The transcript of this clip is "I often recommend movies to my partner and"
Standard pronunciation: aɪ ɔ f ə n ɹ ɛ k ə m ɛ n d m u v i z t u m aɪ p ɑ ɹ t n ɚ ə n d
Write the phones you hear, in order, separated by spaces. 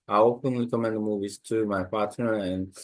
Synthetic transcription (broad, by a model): aɪ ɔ p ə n l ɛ k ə m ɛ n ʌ m u v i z t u m aɪ p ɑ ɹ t n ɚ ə n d